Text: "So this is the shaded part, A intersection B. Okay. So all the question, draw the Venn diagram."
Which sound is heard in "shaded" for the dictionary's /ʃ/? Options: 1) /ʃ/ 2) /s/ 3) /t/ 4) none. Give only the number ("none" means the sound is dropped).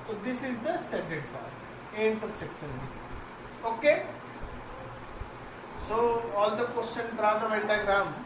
2